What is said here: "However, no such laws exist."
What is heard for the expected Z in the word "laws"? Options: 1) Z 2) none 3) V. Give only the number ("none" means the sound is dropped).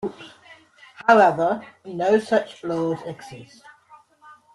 1